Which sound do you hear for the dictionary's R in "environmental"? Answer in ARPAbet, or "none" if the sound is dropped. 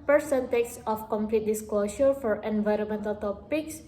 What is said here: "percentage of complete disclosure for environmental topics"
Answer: R